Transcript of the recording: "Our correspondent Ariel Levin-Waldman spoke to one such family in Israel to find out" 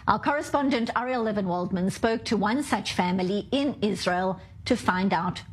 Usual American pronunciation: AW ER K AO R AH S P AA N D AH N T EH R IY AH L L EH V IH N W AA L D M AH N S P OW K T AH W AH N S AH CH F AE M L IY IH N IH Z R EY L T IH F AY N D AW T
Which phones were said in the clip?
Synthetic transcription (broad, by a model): AW ER K AO R AH S P AA N D AH N T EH R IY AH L L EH V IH N W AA L D M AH N S P OW K T AH W AH N S AH CH F AE M L IY IH N IH Z R EY L T IH F AY N D AW T